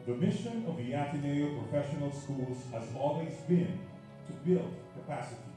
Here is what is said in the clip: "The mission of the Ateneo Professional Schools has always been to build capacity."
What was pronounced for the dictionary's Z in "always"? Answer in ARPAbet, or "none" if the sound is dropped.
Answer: Z